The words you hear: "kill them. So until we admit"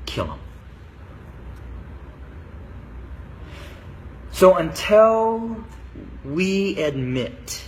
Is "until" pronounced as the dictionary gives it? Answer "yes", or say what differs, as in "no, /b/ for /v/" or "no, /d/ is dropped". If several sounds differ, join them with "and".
yes